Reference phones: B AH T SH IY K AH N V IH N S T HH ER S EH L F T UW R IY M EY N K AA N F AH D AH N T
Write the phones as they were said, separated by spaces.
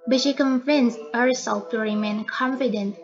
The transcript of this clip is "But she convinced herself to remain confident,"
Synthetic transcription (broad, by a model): B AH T SH IY K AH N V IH N S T HH ER S EH L F T UW R IY M EY N K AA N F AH D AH N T